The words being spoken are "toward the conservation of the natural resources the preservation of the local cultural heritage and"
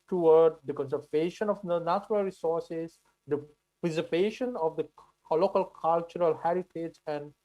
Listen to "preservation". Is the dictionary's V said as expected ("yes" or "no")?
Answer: no